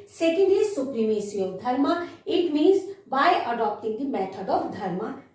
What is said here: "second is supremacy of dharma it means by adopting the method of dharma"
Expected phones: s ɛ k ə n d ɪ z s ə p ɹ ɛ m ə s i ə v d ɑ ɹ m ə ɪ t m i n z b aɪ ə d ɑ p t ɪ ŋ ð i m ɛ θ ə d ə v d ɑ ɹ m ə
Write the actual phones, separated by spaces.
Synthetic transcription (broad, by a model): s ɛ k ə n d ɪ s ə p ɹ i m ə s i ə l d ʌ ɹ m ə ɪ t m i n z b aɪ ə d ɑ p t ɪ ŋ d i m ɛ t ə d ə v d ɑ ɹ m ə